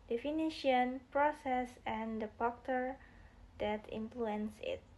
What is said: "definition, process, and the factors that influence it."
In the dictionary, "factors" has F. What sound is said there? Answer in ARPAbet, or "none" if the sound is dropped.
P